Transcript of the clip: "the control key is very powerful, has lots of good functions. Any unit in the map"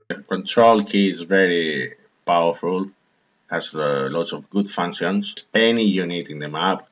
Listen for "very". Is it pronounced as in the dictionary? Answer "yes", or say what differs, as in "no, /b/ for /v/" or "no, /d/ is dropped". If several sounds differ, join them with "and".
yes